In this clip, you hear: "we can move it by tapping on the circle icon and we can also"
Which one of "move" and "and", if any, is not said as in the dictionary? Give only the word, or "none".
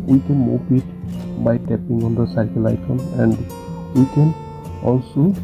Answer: move